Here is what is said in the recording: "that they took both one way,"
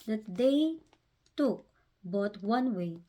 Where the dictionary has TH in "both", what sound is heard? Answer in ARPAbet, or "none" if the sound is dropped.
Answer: T